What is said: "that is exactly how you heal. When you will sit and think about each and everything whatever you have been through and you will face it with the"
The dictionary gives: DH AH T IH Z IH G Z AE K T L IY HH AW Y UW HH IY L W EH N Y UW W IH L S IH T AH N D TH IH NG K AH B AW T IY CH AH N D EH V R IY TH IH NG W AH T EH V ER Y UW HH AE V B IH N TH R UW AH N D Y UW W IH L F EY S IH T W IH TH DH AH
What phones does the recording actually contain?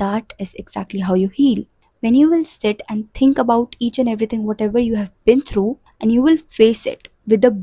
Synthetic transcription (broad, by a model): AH T IH Z IH G Z AE K T L IY HH AW Y UW HH IY L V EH N Y UW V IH L S IH T AH N D T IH NG K AH B AW T IY CH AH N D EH V R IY T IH NG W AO T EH V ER Y UW HH AE V B IH N T R UW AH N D Y UW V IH L F EY S IH T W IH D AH